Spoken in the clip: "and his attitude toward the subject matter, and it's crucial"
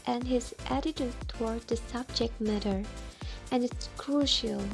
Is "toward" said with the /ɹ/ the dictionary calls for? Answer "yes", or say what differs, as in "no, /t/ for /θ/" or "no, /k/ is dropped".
yes